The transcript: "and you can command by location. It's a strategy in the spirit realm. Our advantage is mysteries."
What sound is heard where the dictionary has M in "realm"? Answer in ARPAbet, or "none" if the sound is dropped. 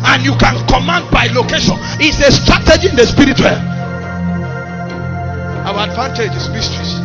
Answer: none